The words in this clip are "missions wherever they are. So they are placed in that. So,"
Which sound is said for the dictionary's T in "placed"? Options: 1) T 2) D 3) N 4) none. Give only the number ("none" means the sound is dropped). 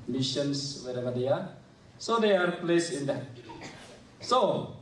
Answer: 4